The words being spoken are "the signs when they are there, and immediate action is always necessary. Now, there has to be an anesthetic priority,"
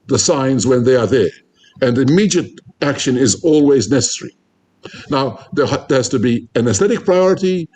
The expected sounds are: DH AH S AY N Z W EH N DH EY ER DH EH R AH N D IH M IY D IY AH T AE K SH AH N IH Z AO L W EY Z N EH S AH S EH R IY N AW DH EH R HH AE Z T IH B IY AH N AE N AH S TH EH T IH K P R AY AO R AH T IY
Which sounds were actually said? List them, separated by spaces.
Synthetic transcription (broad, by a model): DH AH S AY N Z W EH N DH EY ER DH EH R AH N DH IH M IY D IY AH T AE K SH AH N IH Z AO L W EY Z N EH S AH S EH R IY N AW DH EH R HH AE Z T IH B IY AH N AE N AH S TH EH T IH K P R AY AO R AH T IY